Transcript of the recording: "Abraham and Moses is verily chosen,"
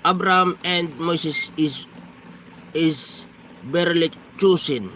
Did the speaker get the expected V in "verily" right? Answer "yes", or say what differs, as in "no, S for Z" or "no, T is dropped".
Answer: no, B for V